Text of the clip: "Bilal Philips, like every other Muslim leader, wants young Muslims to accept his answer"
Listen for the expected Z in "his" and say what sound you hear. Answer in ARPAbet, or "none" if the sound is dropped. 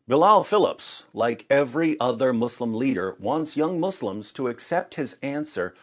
Z